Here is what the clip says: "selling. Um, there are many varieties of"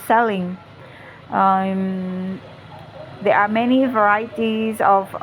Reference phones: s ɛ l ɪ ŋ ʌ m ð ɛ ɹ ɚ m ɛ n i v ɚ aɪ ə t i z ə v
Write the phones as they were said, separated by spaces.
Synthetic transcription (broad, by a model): s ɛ l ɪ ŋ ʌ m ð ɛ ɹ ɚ m ɛ n i v ɚ aɪ ə t i z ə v